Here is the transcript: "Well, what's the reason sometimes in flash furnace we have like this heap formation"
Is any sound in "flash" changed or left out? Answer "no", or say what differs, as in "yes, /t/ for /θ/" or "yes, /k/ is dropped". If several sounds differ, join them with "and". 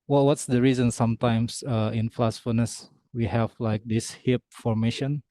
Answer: yes, /s/ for /ʃ/